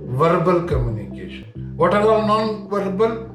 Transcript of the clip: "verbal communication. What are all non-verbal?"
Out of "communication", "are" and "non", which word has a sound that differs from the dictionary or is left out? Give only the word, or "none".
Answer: are